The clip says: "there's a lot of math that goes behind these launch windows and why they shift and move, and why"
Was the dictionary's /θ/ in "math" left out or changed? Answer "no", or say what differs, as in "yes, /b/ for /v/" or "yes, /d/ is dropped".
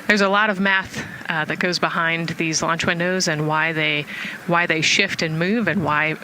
no